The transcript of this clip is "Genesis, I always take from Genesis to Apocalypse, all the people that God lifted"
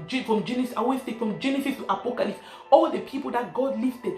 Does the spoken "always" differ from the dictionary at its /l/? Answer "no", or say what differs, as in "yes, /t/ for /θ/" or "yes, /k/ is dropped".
yes, /l/ is dropped